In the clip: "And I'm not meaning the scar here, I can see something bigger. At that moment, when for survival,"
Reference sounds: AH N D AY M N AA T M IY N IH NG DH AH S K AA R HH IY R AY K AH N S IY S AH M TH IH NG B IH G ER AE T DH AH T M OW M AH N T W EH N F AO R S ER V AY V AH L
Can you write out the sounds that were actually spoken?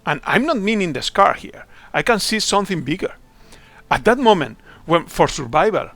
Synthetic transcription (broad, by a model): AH N AY M N AA T M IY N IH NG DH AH S K AA R HH IY R AY K AH N S IY S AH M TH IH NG B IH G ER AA T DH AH T M OW M AH N T W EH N F AO R S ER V AY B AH L